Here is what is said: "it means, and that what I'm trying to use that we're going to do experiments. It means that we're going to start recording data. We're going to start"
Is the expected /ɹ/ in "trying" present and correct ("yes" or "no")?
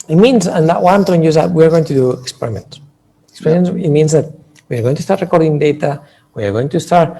no